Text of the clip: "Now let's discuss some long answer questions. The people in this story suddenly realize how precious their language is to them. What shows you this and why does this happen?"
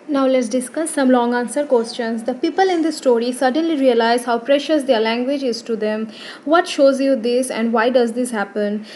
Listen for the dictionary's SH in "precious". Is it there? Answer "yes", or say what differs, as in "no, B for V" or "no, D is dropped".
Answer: yes